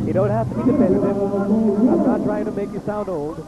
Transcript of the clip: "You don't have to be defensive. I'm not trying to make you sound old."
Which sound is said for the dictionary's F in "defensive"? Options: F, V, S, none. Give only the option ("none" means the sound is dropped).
none